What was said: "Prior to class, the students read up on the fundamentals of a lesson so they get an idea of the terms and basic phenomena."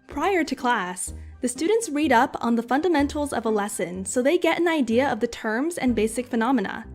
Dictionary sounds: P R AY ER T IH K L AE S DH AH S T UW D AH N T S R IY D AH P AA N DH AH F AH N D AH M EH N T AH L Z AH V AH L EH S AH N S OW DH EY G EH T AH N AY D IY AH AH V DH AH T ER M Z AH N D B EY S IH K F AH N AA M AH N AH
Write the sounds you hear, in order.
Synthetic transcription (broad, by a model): P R AY ER T IH K L AE S DH AH S T UW D N T S R IY D AH P N DH AH F AH N D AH M EH N T L Z AH V AH L EH S AH N S OW DH EY G EH T AH N AY D IY AH AH V DH AH T ER M Z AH N B EY S IH K F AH N AA M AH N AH